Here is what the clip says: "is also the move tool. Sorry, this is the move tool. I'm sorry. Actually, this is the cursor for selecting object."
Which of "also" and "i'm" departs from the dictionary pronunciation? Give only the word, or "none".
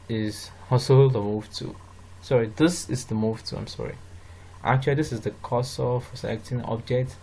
also